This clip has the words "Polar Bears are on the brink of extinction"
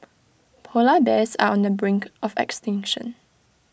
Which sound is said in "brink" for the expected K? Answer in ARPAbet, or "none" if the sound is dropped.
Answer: K